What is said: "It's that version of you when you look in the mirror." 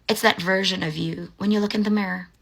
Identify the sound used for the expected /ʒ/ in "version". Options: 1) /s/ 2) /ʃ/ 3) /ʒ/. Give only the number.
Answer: 3